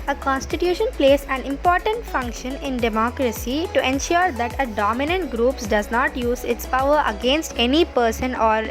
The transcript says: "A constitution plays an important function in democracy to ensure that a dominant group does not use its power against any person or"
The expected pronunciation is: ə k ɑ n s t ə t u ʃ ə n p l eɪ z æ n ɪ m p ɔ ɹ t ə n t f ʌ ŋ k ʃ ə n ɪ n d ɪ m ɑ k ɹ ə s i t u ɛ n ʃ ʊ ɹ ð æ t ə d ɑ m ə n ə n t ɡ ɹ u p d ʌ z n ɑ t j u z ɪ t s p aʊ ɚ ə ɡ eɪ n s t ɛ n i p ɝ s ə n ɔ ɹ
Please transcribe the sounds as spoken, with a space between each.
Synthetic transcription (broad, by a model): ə k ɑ n s t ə t u ʃ ə n p l eɪ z æ n ɪ m p ɔ ɹ t ə n t f ʌ ŋ k ʃ ə n ɪ n d ɪ m ɑ k ɹ ə s i t u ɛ n ʃ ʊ ɹ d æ t ə d ɑ m ə n ə n t ɡ ɹ u p d ʌ z n ɑ t j u z ɪ t s p aʊ ɚ ə ɡ eɪ n s t ɛ n i p ɝ s ə n ɔ ɹ